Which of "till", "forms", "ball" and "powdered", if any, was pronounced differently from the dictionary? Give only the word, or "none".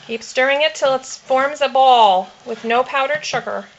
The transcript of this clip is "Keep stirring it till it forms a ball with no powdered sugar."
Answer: none